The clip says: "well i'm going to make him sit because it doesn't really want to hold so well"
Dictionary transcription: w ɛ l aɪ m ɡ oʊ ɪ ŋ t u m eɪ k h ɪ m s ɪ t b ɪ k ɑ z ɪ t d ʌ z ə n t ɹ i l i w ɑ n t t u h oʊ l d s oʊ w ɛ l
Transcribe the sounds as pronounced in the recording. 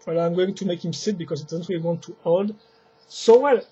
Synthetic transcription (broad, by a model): w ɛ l aɪ m ɡ oʊ ɪ ŋ t u m eɪ k h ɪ m s ɪ t b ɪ k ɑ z ɪ t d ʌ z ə n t w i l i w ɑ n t t u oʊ l d s oʊ w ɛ l